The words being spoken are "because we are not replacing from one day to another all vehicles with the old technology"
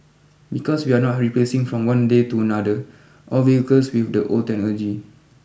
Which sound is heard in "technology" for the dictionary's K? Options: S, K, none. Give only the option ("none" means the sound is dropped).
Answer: none